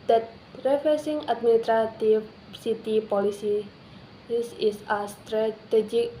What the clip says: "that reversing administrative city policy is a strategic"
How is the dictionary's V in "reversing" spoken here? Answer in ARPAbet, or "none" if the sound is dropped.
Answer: F